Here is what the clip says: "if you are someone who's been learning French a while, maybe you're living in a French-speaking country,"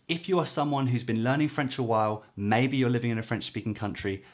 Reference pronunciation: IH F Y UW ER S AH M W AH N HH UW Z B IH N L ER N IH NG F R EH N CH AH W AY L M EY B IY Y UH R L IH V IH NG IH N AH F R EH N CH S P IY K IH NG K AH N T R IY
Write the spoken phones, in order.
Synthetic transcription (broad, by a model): IH F Y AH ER S AH M W AH N HH UW Z B IH N L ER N IH NG F R EH N CH AH W AY L M EY B IY Y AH L IH V IH NG IH N AH F R EH N CH S P IY K IH NG K AH N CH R IY